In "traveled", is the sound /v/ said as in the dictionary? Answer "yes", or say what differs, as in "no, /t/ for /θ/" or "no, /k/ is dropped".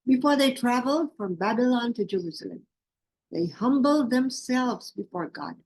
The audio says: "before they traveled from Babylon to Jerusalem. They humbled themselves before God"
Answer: yes